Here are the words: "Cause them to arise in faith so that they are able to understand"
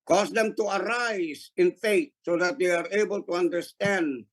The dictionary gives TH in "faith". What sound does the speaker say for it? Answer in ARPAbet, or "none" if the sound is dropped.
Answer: T